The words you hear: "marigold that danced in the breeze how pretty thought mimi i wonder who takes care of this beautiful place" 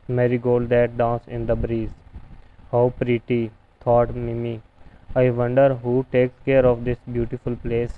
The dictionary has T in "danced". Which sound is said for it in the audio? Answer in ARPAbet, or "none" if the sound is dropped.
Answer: none